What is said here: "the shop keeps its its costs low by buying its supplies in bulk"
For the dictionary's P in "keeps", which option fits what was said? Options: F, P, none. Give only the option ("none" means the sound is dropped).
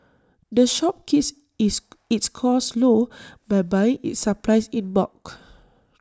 none